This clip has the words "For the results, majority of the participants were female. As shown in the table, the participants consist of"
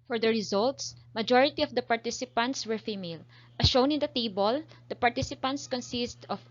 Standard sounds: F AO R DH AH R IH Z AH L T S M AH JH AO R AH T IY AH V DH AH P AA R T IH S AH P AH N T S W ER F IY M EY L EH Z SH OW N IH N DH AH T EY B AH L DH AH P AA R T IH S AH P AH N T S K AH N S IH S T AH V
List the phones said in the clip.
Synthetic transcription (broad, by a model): F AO R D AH R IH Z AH L T S M AH JH AO R AH T IY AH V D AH P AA R T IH S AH P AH N T S W ER F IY M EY L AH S SH OW N IH N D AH T EY B AH L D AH P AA R T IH S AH P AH N T S K AH N S IH S T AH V